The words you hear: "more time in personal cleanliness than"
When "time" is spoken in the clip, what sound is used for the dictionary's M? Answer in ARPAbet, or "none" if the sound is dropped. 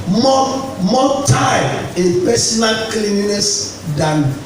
none